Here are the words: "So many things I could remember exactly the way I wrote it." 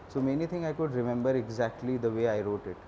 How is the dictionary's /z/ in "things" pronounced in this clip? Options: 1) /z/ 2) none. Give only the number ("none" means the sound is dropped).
2